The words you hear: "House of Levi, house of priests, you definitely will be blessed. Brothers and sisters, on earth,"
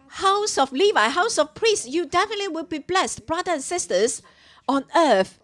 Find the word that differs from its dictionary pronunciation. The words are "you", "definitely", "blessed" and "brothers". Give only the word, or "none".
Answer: brothers